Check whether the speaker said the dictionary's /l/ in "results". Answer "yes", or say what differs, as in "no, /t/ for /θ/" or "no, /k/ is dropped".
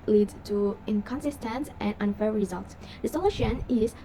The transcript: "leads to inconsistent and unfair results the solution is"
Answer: yes